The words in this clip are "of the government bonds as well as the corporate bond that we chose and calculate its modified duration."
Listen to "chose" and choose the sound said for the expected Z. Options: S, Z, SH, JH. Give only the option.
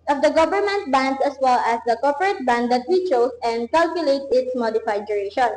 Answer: S